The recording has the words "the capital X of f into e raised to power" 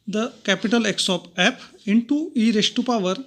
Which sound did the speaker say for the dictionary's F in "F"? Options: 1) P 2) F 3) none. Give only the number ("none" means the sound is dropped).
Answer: 1